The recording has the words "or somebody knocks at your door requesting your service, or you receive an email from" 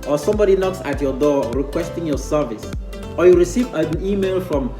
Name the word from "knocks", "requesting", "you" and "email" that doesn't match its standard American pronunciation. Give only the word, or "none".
none